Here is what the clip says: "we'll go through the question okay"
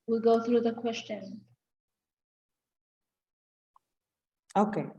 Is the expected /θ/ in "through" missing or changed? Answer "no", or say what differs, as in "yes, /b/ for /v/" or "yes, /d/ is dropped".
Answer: no